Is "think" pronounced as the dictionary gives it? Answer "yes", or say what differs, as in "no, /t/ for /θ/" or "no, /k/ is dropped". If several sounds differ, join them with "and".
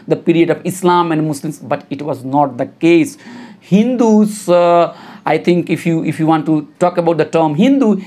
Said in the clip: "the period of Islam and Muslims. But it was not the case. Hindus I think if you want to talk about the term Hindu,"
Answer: no, /t/ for /θ/